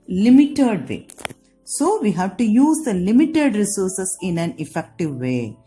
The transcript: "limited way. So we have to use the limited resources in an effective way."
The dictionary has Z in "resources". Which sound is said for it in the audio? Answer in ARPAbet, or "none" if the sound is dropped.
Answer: S